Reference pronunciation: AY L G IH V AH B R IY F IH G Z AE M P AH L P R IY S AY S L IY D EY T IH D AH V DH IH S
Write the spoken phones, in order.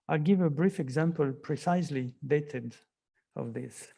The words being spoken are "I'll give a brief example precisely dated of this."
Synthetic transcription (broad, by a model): AY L G IH V AH B R IY F IH G Z AE M P AH L P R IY S AY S L IY D EY T IH D AH V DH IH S